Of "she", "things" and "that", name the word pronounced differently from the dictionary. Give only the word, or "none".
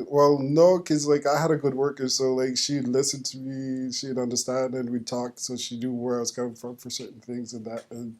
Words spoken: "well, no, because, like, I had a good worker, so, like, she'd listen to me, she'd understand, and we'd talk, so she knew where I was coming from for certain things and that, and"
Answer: none